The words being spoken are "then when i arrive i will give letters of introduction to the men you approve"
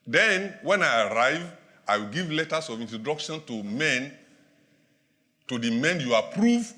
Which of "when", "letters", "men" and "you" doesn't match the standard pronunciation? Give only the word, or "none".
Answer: letters